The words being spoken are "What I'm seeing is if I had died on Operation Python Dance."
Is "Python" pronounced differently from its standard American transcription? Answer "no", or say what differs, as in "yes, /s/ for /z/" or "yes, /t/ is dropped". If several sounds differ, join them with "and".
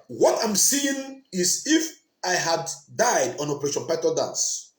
yes, /t/ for /θ/ and /l/ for /n/